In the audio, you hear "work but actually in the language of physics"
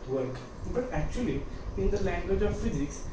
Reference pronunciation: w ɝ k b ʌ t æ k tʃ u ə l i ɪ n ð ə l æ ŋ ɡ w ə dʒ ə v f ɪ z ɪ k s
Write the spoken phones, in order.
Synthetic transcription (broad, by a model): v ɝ k b ʌ t æ k tʃ u ə l i ɪ n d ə l æ ŋ ɡ w ə dʒ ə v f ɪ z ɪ k s